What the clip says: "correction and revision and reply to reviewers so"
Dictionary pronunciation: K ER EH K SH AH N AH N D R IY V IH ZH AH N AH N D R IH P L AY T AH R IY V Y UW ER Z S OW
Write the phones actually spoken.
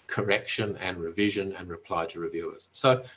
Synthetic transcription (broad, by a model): K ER EH K SH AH N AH N R IY V IH ZH AH N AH N R IH P L AY T AH R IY V Y UW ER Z S OW